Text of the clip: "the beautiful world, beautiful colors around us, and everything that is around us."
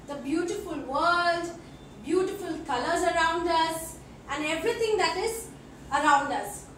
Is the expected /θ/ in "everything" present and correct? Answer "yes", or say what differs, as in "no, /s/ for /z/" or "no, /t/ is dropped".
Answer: no, /t/ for /θ/